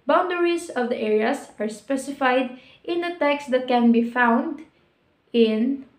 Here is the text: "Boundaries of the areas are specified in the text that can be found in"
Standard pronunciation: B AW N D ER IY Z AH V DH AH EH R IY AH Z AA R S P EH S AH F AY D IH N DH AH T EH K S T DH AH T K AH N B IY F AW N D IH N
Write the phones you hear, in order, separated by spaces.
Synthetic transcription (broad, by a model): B AW N D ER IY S AH V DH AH EH R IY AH S AA R S P EH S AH F AY D IH N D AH T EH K S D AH T K AH N B IY F AW N D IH N